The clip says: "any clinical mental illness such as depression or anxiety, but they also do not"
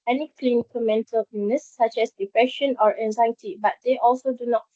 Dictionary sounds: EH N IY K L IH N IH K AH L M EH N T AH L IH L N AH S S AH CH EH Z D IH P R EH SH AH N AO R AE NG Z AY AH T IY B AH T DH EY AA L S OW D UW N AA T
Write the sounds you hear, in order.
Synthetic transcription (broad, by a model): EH N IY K L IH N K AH M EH N T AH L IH N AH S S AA CH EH S D IH P R EH SH AH N AO R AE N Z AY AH T IY B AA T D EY AA L S OW D UW N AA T